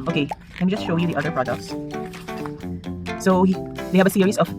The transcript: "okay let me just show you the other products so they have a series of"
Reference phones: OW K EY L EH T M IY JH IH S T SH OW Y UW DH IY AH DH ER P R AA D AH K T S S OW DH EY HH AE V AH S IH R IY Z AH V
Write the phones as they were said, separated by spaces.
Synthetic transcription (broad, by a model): OW K EY L EH T M IY JH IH S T SH OW Y UW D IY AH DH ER P R AA D AH K T S S OW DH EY HH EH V AH S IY R IY S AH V